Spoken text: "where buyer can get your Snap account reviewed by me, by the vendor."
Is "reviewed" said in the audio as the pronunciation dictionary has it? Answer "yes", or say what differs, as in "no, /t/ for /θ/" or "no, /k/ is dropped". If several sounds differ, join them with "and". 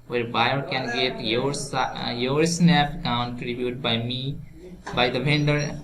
no, /b/ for /v/